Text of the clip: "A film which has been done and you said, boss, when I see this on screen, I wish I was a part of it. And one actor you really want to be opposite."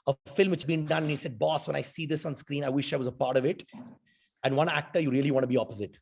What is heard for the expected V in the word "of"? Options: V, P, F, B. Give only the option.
V